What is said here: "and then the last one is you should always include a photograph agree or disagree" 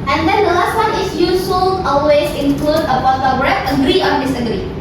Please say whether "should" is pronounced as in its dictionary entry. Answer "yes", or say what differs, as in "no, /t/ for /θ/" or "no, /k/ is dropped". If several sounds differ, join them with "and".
no, /s/ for /ʃ/